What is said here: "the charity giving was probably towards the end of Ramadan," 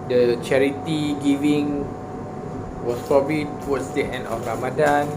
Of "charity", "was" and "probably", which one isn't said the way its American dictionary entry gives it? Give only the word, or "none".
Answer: was